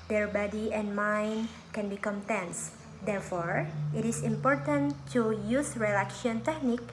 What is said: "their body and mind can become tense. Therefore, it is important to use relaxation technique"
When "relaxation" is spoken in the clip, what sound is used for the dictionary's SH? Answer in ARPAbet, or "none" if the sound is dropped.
none